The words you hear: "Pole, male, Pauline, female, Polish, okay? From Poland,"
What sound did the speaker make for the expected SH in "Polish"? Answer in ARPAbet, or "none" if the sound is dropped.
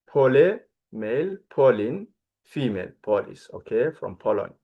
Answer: S